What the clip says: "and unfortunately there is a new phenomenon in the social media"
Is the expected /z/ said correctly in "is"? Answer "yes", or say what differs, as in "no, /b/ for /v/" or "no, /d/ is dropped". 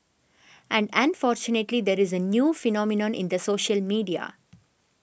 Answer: yes